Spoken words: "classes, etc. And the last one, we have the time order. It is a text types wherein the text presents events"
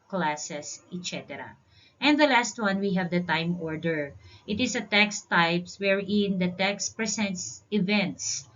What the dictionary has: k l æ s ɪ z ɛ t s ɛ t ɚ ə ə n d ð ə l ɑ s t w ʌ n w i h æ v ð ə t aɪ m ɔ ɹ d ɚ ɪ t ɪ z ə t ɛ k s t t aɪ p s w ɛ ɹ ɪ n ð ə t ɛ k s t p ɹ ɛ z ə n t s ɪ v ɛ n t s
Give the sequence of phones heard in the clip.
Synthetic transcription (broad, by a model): k l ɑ s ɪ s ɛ t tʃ ɛ t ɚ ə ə n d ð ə l ɑ s t w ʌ n w i h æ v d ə t aɪ m ɔ ɹ d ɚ ɪ t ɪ s ə t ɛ k s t t aɪ p s w ɛ ɹ ɪ n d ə t ɛ k s t p ɹ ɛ s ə n t s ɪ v ɛ n t s